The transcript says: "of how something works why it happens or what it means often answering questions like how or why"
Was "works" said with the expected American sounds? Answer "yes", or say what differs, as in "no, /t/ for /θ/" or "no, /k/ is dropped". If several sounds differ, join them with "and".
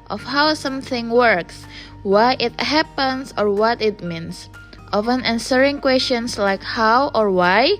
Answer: yes